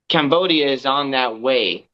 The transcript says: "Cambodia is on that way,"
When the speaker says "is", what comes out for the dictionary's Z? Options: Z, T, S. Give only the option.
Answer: Z